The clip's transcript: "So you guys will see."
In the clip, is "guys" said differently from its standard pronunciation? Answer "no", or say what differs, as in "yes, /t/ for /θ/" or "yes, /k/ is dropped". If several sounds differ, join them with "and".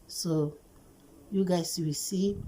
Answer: yes, /s/ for /z/